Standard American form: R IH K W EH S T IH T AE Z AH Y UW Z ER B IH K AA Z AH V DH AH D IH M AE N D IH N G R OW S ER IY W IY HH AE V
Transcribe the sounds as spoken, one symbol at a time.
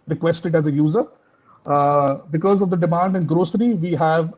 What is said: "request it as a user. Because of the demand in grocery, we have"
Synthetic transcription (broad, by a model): R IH K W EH S T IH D AE Z AH Y UW Z ER B IH K AA Z AH V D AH D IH M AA N D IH N G R OW S ER IY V IY HH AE V